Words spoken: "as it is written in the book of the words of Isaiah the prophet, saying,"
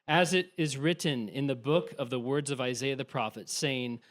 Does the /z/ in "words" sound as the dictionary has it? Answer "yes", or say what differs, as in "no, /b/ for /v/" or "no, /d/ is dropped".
yes